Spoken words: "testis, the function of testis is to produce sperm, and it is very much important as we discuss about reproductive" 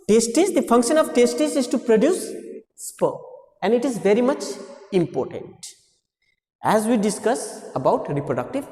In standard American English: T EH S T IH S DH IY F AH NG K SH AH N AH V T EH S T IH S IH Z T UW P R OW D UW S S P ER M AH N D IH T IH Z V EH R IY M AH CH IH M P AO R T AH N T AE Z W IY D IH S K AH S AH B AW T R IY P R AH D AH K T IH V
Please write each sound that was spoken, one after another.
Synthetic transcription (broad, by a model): T EH S T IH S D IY F AH NG K SH AH N AH V T EH S T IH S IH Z T UW P R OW D UW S S P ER AH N D IH T IH Z V EH R IY M AH CH IH M P AO R T AH N T AE Z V IY D IH S K AH S AH B AW T R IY P R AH D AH K T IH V